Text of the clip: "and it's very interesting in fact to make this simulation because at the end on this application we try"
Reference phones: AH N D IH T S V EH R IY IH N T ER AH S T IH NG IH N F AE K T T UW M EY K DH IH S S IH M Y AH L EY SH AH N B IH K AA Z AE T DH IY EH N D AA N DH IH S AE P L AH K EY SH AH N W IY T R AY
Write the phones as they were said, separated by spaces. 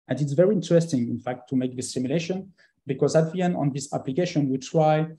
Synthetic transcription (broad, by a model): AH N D IH T S V EH R IY IH N T ER AH S T IH NG IH N F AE K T T UW M EY K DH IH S S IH M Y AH L EY SH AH N B IH K AA Z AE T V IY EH N AA N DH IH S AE P L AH K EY SH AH N W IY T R AY